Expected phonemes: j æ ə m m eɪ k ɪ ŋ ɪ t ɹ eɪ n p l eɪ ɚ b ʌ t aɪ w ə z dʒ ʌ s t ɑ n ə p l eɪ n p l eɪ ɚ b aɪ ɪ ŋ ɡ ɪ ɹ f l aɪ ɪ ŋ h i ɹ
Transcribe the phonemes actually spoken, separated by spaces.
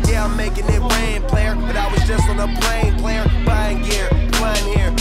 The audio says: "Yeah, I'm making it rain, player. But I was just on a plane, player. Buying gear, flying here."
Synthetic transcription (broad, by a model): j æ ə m m eɪ k ɪ ŋ ɪ t w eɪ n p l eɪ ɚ b ʌ t aɪ w ə z dʒ ʌ s t n ə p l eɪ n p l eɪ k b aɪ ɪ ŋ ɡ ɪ ɹ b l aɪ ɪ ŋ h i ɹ